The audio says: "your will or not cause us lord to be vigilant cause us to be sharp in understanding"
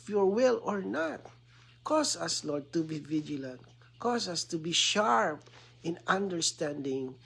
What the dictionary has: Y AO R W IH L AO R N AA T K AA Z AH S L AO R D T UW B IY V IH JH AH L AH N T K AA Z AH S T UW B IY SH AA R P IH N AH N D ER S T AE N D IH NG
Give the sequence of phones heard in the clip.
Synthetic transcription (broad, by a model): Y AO R W IH L AO R N AA T K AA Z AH S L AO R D T UW B IY V IH JH AH L AH N T K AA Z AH S T UW B IY SH AA R P IH N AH N D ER S T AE N D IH NG